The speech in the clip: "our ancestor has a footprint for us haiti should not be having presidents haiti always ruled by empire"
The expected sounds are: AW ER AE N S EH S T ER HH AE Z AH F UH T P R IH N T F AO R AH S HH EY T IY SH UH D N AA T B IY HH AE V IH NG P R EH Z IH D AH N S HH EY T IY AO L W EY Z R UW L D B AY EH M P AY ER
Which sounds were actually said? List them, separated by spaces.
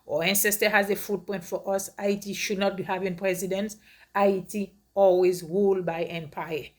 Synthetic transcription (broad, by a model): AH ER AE N S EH S T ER HH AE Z AH F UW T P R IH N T F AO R AH S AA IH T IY SH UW D N AA T B IY HH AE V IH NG P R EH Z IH D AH N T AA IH T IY AO L W EY Z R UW L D B AY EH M P AY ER